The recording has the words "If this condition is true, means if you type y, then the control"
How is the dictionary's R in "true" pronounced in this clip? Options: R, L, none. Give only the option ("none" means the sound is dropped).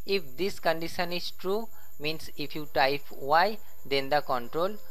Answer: R